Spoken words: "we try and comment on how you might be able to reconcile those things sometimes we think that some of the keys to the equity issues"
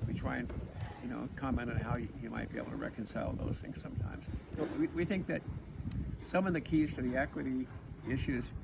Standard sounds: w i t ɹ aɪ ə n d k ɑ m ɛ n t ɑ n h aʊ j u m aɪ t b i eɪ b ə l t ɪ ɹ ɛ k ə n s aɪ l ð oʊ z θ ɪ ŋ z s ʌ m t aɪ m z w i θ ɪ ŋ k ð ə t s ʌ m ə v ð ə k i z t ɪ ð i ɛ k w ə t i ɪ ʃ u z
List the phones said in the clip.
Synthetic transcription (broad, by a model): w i t ɹ aɪ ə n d k ɑ m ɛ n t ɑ n h aʊ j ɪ m aɪ t b i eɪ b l t ɪ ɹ ɛ k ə n s aɪ l ð oʊ z θ ɪ ŋ z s ʌ m t aɪ m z w i θ ɪ ŋ k ð ə t s ʌ m ə v ð ə k i z t ɪ ð i ɛ k w ə t i ɪ ʃ u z